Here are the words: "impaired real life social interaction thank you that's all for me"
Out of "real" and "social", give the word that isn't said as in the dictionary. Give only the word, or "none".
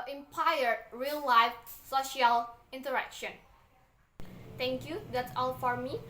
none